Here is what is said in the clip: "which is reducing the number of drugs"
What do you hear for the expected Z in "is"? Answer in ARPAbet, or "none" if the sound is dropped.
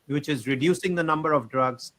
Z